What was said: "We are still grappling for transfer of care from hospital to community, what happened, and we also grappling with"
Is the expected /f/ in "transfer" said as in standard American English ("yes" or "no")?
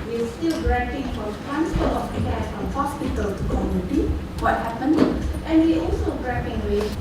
no